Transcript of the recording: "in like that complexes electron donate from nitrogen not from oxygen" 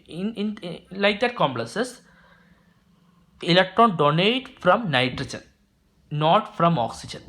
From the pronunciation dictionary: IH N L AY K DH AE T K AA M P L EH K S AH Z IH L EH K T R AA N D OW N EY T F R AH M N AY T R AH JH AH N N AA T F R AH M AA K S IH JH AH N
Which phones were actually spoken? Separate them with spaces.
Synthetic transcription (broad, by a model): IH N L AY K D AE T K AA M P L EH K S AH S IH L EH K T R AA N D OW N EY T F R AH M N AY T R AH JH AH N N AA T F R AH M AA K S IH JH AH N